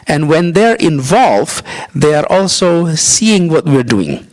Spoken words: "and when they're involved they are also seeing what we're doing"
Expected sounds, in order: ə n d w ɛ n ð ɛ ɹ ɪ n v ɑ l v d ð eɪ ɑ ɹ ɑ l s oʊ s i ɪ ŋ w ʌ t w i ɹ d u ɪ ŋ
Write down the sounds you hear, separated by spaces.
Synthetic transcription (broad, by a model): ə n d w ɛ n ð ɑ ɹ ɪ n v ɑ l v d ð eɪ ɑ ɹ ɑ l s oʊ s i ɪ ŋ w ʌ t w i ɹ d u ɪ ŋ